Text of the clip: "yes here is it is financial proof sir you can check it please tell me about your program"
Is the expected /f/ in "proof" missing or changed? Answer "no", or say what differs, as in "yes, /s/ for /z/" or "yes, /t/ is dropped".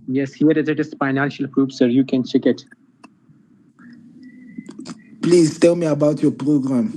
yes, /p/ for /f/